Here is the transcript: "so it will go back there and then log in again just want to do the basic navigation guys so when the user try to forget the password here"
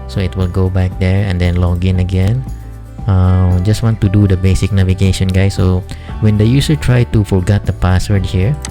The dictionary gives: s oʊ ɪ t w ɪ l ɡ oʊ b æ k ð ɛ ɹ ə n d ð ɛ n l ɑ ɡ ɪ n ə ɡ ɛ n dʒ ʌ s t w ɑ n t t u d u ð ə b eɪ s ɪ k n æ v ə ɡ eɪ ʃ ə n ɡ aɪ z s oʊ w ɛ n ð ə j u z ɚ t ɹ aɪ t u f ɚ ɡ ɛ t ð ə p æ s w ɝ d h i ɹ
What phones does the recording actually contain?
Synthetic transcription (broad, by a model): s oʊ ɪ t w ɪ l ɡ oʊ b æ k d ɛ ɹ ə n d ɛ n l ɑ ɡ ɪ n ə ɡ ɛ n dʒ ʌ s t w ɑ n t t u d u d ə b eɪ s ɪ k n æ v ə ɡ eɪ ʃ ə n ɡ aɪ s oʊ w ɛ n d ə j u s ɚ t ɹ aɪ t u f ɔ ɡ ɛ t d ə p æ s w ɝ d h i ɹ